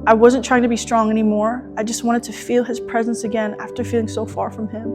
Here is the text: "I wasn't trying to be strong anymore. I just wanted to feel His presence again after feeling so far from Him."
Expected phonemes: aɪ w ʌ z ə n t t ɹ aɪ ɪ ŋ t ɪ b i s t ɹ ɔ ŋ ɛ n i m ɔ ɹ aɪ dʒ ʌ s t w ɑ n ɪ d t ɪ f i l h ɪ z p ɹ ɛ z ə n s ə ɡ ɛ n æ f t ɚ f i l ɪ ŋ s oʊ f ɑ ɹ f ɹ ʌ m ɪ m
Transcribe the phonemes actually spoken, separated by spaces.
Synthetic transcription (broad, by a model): aɪ w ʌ z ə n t t ɹ aɪ ɪ ŋ t ɪ b i s t ɹ ɔ ŋ ɛ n i m ɔ ɹ aɪ dʒ ʌ s t w ɑ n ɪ d t ɪ f i l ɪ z p ɹ ɛ z ə n s ə ɡ ɛ n æ f t ɚ f i l ɪ ŋ s oʊ f ɑ ɹ f ɹ ʌ m ɪ m